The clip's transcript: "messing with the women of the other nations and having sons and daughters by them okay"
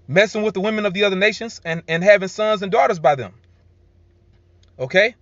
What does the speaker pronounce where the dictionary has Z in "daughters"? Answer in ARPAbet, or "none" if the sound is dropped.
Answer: Z